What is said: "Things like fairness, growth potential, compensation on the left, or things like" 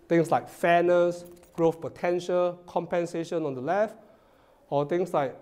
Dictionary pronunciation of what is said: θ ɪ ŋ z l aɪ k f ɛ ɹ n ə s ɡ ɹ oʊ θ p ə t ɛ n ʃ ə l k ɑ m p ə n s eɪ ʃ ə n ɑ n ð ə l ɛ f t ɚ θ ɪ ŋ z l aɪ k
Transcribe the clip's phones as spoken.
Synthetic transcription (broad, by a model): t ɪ ŋ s l aɪ k f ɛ n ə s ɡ ɹ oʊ f p ə t ɛ n ʃ ə l k ɑ m p ə n s eɪ ʃ ə n ɑ n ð ə l ɛ f t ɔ t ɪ ŋ s l aɪ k